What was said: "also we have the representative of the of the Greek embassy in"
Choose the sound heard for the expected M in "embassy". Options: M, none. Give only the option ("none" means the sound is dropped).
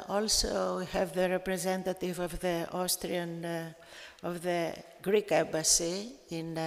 none